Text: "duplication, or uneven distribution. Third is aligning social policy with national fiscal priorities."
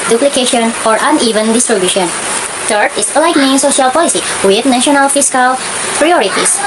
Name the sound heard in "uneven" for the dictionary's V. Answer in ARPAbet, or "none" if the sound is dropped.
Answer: V